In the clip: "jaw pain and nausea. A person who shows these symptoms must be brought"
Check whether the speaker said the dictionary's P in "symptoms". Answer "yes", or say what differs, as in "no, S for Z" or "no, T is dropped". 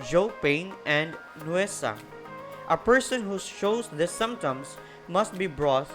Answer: no, P is dropped